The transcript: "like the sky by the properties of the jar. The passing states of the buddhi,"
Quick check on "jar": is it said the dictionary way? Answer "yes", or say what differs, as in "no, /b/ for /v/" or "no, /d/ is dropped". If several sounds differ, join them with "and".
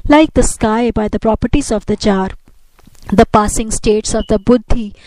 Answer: no, /tʃ/ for /dʒ/